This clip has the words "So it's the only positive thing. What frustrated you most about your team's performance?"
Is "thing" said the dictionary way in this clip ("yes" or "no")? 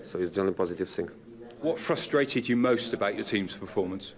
no